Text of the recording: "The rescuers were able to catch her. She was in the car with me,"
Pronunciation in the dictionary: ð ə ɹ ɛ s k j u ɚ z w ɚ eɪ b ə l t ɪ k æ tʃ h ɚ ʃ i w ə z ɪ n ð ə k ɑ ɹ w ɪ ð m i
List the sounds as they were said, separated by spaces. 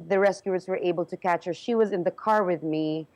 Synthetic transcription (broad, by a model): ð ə ɹ ɛ s k j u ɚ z w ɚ eɪ b ə l t ɪ k æ tʃ h ɚ ʃ i w ə z ɪ n ð ə k ɑ ɹ w ɪ ð m i